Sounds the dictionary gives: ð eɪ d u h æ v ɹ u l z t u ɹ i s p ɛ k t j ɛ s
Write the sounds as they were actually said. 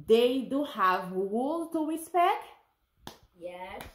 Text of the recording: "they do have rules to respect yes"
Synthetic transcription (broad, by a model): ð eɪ d u h æ v w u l t u ɹ i s p ɛ k t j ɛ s